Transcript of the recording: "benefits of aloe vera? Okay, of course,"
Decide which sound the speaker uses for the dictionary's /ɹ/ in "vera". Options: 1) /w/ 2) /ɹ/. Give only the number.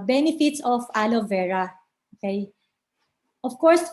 2